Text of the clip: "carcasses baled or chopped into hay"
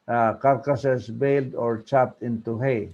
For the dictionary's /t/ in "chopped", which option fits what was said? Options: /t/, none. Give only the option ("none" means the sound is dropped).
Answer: /t/